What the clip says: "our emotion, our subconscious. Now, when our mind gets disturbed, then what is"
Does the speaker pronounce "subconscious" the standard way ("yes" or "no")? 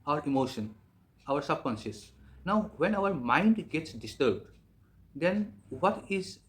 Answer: no